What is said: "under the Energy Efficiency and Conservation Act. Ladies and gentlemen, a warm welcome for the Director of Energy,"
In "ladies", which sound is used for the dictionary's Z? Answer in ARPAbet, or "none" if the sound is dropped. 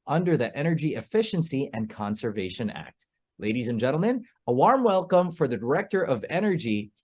Z